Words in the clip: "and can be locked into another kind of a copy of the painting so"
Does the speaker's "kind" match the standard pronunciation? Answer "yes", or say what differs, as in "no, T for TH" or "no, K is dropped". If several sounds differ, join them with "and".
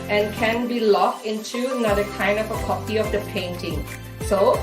no, D is dropped